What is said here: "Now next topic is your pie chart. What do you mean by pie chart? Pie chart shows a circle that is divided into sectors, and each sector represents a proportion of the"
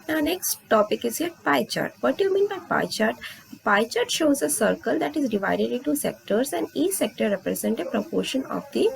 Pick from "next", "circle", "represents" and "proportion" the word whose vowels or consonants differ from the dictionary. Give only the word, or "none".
represents